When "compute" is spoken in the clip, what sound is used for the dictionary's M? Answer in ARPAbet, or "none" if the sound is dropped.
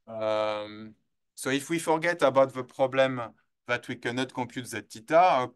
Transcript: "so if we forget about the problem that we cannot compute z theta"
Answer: none